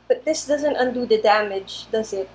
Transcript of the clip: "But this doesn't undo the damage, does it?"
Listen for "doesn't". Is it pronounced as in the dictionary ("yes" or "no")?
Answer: yes